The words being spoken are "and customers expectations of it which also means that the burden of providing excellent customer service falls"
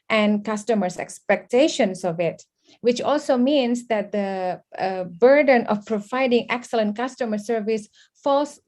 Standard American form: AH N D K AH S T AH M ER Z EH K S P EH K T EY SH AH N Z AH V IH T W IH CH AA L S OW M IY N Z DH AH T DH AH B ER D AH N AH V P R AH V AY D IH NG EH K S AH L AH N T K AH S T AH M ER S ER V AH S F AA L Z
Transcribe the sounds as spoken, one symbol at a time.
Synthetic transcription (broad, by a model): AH N K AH S T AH M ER S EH K S P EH K T EY SH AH N S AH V IH T W IH CH AA L S OW M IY N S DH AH T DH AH B ER D AH N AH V P R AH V AY D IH NG EH K S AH L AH N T K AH S T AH M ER S ER V AH S F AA L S